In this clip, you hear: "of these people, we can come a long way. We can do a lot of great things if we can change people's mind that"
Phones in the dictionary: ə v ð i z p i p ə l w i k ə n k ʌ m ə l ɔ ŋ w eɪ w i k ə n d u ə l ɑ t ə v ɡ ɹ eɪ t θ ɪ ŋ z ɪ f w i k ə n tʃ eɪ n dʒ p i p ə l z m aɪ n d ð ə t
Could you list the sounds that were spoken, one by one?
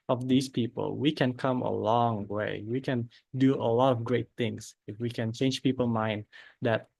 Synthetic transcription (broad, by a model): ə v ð i s p i p ə l w i k ə n k ʌ m ə l ɔ ŋ w eɪ w i k ə n d u ə l ɑ t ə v ɡ ɹ eɪ t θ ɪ ŋ s ɪ f w i k ə n tʃ eɪ n dʒ p i p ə l m aɪ n d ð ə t